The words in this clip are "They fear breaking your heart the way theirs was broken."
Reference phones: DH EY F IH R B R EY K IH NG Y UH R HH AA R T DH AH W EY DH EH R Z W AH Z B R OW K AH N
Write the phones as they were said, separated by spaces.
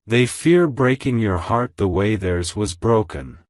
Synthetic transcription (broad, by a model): DH EY F IH R B R EY K IH NG Y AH R HH AA R T DH AH W EY DH EH R Z W AH Z B R OW K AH N